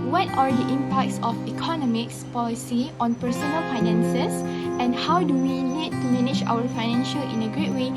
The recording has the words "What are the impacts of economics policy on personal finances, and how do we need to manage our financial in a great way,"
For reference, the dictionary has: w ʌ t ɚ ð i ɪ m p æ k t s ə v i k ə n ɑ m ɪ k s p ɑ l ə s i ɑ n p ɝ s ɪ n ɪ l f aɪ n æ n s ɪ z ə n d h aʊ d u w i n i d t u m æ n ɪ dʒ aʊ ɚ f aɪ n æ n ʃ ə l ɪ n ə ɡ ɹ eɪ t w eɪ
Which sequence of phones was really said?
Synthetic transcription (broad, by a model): w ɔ t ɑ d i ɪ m p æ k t s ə f i k ə n ɑ m ɪ k s p ɑ l ə s i ɑ n p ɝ s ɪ n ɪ l f aɪ n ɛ n s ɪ s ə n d h aʊ d u w i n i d t u m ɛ n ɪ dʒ aʊ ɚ f aɪ n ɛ n ʃ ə l ɪ n ə ɡ ɹ eɪ t w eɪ